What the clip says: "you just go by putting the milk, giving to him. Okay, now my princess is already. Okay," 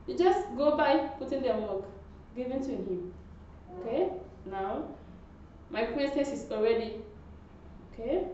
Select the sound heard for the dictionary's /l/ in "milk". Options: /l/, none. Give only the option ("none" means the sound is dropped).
none